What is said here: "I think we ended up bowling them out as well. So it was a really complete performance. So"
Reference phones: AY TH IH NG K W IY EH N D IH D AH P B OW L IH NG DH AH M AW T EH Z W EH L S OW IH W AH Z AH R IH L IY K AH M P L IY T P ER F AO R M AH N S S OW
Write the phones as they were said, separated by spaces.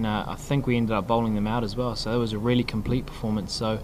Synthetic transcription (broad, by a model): AY TH IH NG K W IY EH N D IH D AH P B OW L IH NG DH AH M AW T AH Z W EH L S OW IH W AH Z AH R IH L IY K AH M P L IY T P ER F AO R M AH N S S OW